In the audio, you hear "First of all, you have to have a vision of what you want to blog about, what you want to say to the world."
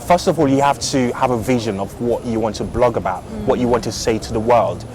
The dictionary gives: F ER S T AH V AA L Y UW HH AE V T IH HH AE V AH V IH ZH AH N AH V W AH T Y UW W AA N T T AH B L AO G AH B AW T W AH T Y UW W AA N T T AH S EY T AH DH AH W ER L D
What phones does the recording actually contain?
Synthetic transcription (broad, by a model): F ER S T AH V AA L Y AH HH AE F T IH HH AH V AH V IH ZH AH N AH V W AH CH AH W AA N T T AH B L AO G AH B AW T W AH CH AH W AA N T T AH S EY T AH DH AH W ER L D